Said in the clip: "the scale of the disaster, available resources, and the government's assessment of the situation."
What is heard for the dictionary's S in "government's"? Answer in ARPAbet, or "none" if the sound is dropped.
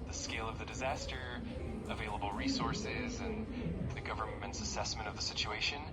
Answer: S